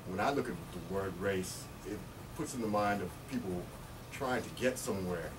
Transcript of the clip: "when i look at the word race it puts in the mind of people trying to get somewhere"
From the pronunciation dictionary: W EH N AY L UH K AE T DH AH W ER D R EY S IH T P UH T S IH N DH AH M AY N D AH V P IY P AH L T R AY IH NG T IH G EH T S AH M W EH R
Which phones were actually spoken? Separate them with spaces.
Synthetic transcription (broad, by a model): W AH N AY L UH K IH T DH AH W ER D R EY S IH T P UH T S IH N DH AH M AY N D AH V P IY P L T R AY IH NG T IH G EH T S AH M W EH R